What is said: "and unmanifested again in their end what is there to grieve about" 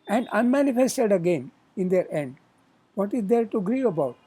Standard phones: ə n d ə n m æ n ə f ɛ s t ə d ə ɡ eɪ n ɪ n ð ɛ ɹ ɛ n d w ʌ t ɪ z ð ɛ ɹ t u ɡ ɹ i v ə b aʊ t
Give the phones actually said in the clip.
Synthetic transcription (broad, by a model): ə n d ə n m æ n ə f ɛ s t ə d ə ɡ eɪ n ɪ n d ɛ ɹ ɛ n d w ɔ t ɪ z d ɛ ɹ t u ɡ ɹ i ə b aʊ t